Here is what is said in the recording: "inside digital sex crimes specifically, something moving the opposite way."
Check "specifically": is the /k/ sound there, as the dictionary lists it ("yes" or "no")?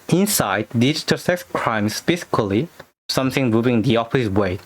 no